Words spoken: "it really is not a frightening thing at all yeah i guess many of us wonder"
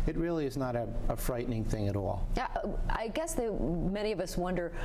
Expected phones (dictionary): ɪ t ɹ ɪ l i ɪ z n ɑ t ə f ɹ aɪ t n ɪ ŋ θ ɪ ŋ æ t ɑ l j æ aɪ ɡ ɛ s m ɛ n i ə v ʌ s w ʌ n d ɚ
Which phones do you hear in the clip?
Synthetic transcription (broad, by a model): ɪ t ɹ ɪ l i ɪ z n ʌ t ə f ɹ aɪ t n ɪ ŋ θ ɪ ŋ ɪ t ɑ l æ aɪ ɡ ɛ s m ɛ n i ə v ʌ s w ʌ n d ɚ